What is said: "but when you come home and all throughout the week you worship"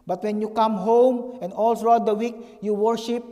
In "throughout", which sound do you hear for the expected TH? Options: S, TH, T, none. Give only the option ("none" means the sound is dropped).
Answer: S